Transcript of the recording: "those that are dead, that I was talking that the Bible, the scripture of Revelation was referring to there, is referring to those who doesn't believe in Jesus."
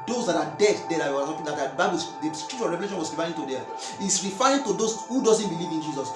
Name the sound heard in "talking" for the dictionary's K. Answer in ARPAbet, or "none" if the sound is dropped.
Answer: none